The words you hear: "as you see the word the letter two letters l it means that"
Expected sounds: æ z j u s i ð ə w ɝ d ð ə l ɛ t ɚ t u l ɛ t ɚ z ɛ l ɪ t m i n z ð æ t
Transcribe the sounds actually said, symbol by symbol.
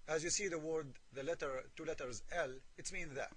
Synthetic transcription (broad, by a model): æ z j u s i ð ə w ɝ d ð ə l ɛ t ɚ t u l ɛ t ɚ z ɛ l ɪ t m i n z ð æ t